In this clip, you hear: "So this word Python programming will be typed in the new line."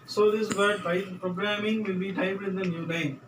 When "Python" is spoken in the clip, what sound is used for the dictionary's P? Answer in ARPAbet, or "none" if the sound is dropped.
B